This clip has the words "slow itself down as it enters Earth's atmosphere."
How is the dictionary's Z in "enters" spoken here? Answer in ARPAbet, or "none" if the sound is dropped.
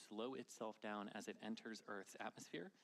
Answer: Z